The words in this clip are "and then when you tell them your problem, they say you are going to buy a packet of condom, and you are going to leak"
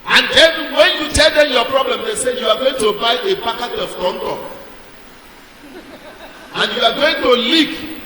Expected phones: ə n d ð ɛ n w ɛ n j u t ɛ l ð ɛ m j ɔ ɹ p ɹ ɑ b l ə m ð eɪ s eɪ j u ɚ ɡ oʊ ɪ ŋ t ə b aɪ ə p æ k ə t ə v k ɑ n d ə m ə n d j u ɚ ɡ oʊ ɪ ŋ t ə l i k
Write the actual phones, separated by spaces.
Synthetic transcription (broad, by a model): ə n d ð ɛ n w ɛ n j u t ɛ l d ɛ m j ɔ p ɹ ɑ b l ə m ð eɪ s eɪ j u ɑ ɡ oʊ ɪ ŋ t ə b aɪ ə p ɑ k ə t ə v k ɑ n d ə ə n j u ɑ ɡ oʊ ɪ ŋ t ə l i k